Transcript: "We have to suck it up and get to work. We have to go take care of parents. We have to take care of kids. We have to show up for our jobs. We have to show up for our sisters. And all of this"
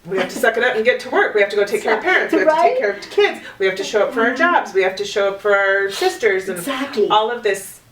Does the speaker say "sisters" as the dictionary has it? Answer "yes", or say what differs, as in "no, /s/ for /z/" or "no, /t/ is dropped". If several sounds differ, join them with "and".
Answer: yes